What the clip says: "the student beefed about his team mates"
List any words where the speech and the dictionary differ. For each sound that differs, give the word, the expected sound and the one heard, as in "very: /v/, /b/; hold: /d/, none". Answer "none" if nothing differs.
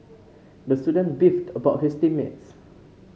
his: /z/, /s/